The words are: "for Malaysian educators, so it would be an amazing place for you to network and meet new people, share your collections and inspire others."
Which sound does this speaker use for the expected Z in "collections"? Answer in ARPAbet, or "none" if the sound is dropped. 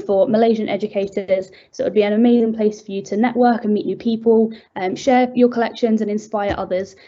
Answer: Z